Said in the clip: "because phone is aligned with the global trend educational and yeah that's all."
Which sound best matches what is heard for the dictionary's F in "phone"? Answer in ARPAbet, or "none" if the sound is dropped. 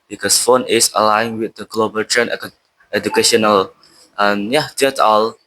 F